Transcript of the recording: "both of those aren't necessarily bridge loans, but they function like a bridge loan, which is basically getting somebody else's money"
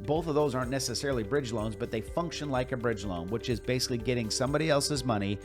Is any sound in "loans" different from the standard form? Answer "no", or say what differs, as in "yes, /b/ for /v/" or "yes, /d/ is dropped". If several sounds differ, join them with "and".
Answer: no